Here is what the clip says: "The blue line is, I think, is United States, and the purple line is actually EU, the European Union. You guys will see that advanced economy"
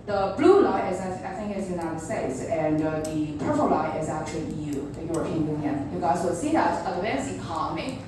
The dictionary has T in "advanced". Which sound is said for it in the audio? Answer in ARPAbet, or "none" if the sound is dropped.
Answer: none